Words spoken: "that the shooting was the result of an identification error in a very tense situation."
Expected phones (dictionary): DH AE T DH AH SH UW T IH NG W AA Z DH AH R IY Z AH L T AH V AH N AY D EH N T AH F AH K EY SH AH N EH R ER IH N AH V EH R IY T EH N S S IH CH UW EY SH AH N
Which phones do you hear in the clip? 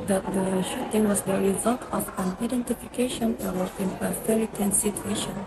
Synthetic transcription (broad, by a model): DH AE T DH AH SH UW T IH NG W AA Z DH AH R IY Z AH L T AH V AH N AY D EH N T AH F AH K EY SH AH N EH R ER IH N AH F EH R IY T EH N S S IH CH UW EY SH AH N